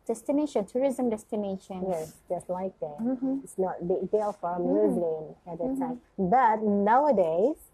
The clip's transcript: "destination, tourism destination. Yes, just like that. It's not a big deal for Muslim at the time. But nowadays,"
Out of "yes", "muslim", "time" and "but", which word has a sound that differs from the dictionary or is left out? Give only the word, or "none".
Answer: muslim